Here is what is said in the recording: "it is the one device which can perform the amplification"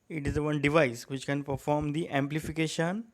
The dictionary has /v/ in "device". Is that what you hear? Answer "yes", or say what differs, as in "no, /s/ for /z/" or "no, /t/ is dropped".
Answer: yes